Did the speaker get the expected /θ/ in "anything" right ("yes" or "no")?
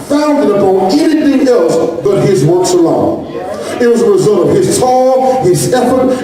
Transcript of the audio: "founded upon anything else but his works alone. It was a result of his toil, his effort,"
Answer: yes